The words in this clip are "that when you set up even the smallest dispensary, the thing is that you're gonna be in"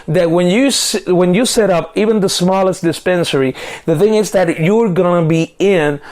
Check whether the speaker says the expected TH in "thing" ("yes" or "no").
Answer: yes